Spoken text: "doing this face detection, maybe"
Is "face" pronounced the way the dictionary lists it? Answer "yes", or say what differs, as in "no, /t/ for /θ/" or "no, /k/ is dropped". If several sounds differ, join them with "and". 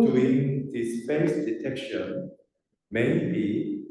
no, /p/ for /f/